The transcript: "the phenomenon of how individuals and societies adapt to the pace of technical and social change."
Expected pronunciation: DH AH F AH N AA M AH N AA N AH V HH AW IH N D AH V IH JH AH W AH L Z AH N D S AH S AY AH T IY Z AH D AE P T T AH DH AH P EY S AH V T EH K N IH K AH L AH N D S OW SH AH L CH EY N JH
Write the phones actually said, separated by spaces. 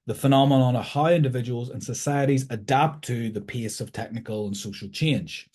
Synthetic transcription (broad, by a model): DH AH F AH N AA M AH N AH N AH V HH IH IH N D AH V IH JH AH W AH L Z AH N S AH S AY AH T IY Z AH D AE P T T AH DH AH P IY S AH V T EH K N IH K AH L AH N S OW SH AH L CH EY N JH